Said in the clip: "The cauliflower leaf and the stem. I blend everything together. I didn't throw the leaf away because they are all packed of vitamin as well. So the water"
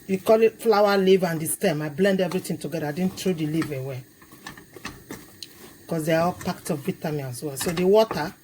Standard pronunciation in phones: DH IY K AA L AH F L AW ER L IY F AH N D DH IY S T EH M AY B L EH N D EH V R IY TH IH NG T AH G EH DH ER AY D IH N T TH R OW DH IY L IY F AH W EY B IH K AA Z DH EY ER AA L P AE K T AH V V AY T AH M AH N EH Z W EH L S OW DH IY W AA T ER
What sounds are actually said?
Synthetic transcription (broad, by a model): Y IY K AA L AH F L AW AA L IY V AH N D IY S T EH M AY B L EH N D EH V R IY T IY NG T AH G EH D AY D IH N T R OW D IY L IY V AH W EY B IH K AA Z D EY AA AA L P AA K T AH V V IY T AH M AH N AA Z W EH L S OW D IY W AA T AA